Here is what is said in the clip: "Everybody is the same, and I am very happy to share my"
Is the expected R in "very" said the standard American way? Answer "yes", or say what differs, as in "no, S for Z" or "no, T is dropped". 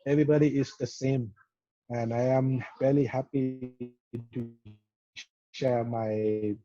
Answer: no, L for R